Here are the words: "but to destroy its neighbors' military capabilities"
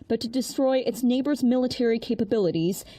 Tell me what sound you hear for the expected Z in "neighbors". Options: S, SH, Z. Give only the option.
Z